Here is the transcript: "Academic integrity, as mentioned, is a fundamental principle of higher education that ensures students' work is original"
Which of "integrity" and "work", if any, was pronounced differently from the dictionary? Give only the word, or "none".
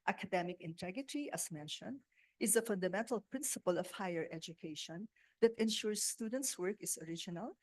integrity